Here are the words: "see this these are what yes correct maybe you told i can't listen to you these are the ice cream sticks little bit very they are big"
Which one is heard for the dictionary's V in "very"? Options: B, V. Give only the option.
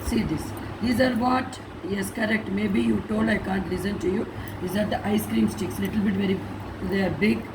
V